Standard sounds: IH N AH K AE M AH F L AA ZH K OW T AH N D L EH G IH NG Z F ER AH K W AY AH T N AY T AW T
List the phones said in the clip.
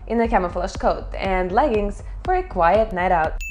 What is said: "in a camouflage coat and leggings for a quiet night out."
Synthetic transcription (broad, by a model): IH N AH K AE M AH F L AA SH K OW T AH N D L EH G IH NG Z F ER AH K W AY AH T N AY T AW T